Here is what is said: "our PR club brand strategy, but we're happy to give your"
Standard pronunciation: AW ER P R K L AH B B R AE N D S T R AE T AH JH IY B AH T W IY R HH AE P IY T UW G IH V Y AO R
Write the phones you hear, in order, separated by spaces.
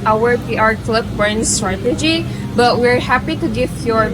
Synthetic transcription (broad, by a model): AW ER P R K L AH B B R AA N S T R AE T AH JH IY B AH T W IY R HH AE P IY T UW G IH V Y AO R